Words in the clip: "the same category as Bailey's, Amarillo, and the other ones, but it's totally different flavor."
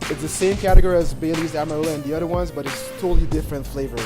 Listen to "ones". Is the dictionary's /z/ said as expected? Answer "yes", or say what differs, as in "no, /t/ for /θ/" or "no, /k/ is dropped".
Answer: yes